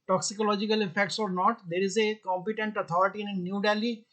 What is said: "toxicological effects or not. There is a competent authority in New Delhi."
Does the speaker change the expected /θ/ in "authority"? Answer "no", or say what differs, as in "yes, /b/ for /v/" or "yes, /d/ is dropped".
yes, /t/ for /θ/